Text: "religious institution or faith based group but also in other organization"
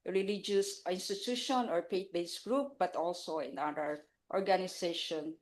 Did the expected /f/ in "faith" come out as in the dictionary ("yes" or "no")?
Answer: no